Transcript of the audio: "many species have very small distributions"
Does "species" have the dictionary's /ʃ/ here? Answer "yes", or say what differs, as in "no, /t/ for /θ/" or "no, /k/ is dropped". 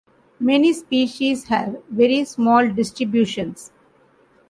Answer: yes